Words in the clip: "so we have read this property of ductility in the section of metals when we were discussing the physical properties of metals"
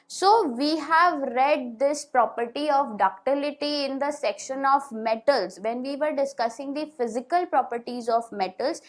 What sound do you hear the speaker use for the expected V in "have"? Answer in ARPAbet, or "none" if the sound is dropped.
V